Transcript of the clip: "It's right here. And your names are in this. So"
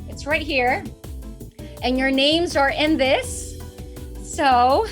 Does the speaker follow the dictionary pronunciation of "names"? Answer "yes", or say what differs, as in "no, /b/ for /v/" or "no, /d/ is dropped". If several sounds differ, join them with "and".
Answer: yes